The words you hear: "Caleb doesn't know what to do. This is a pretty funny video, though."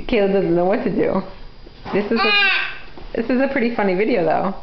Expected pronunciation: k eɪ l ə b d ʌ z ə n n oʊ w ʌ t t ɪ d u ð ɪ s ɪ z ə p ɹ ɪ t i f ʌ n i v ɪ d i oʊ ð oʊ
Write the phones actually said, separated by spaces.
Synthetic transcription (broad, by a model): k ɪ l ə d ʌ z n n oʊ w ʌ t s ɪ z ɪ ð ɪ s ɪ z ə p ɹ ɪ t i f ʌ n i v ɪ d i oʊ ð oʊ